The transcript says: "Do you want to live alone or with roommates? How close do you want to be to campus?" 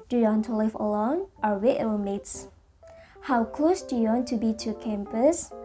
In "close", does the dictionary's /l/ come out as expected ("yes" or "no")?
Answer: yes